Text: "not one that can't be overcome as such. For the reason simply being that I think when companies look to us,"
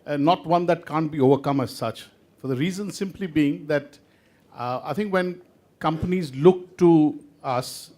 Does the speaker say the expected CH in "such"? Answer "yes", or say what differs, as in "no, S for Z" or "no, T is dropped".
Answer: yes